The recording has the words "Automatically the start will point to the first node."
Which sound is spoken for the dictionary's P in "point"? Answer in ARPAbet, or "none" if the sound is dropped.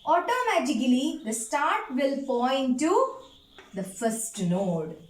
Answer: F